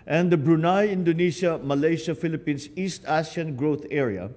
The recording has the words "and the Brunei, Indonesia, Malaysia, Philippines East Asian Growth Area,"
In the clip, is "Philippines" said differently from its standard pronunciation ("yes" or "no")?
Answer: yes